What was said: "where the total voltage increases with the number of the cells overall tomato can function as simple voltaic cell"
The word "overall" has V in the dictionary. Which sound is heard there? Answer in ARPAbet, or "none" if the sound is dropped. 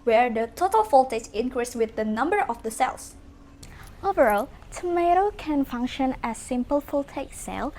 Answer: V